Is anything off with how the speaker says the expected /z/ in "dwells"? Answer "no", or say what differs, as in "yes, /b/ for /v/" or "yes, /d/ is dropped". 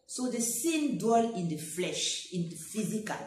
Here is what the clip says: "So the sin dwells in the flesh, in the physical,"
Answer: yes, /z/ is dropped